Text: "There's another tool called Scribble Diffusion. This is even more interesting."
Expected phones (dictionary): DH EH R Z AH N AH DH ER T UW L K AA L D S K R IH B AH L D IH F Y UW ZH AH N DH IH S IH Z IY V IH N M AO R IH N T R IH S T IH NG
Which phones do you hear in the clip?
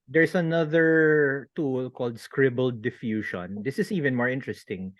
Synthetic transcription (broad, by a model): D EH R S AH N AH DH ER T UW L K AA L D S K R IH B AH L D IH F Y UW SH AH N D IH S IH S IY V IH N M AO R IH N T R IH S T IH NG